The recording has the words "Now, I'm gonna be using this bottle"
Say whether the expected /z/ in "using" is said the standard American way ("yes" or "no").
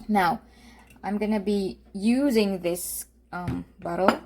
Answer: yes